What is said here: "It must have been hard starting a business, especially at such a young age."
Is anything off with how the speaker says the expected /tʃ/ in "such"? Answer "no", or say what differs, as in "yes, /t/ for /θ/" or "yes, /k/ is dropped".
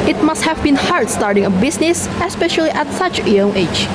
no